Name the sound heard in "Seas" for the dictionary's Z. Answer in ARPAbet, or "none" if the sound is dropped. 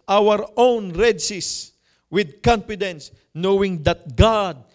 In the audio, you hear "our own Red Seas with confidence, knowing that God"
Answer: S